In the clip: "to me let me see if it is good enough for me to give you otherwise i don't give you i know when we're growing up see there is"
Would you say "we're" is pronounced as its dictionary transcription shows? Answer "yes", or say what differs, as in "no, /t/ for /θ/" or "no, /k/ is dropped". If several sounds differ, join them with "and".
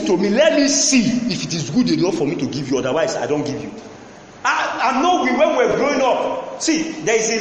no, /w/ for /ɹ/